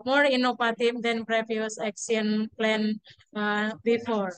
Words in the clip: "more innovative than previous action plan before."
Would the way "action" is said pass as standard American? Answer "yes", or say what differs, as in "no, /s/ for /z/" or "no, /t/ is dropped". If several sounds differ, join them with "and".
no, /s/ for /ʃ/